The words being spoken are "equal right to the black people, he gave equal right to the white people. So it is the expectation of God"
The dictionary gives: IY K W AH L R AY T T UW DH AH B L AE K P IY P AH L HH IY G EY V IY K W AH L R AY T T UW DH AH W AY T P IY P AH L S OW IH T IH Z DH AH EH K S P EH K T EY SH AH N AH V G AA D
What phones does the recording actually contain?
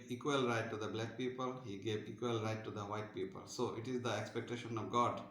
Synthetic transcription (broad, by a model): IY K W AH L R AY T T UW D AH B L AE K P IY P AH L HH IY G EY V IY K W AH L R AY T T UW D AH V AY T P IY P AH L S OW IH T IH Z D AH EH K S P EH K T EY SH AH N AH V G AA D